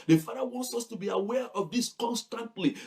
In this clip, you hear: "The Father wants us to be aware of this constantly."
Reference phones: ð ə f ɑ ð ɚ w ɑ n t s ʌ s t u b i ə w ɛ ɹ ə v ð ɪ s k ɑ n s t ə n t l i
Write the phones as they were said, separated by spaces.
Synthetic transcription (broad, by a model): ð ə f ɑ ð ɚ w ɑ n t s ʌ s t u b i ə w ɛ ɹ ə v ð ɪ s k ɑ n s t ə n t l i